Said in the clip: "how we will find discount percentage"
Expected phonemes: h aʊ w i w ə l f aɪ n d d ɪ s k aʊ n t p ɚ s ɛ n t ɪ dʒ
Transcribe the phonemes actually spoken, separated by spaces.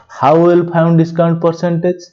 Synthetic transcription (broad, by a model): h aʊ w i l p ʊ n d d ɪ s k aʊ n t p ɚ s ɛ n t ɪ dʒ